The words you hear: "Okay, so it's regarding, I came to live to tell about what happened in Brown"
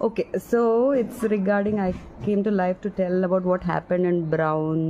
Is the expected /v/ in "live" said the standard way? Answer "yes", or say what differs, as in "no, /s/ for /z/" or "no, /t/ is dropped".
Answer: no, /f/ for /v/